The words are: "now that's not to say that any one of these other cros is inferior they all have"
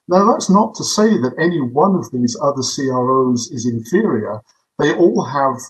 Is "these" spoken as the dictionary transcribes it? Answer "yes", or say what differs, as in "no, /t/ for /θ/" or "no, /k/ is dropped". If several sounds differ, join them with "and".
yes